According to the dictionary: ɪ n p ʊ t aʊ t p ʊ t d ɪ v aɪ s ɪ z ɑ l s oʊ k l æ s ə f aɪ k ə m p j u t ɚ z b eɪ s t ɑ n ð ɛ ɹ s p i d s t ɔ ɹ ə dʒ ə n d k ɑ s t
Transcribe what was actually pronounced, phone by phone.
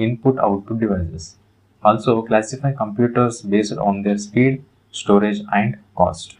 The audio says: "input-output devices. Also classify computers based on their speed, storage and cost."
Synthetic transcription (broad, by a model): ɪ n p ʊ t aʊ t u d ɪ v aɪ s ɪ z ɑ l s oʊ k l æ s ə f aɪ k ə m p j u t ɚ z b eɪ s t ɑ n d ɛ ɹ s p i d s t ɔ ɹ ə dʒ ə n d k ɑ s t